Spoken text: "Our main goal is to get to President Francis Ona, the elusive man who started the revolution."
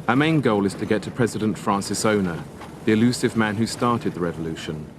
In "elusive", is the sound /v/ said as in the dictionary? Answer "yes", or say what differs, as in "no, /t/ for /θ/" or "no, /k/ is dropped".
yes